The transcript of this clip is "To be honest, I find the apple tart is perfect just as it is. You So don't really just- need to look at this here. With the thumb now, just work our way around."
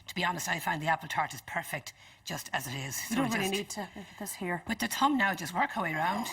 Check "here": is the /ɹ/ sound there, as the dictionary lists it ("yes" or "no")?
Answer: yes